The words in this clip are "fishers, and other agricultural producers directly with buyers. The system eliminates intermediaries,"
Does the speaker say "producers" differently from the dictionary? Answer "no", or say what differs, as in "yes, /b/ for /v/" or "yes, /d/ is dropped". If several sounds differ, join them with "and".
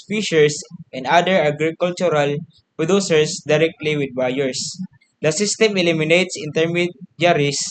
yes, /s/ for /z/